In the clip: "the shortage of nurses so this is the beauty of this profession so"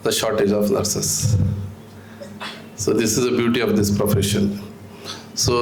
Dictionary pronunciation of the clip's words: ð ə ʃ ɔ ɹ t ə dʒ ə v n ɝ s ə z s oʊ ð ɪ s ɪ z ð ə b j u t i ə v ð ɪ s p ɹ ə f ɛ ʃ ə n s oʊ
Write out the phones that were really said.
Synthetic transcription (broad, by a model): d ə ʃ ɔ ɹ t ə dʒ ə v n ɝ s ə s s oʊ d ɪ s ɪ z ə b j u t i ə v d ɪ s p ɹ ə f ɛ ʃ ə n s oʊ